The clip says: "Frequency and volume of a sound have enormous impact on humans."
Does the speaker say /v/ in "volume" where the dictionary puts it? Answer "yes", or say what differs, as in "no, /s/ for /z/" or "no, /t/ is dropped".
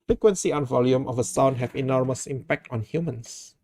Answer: yes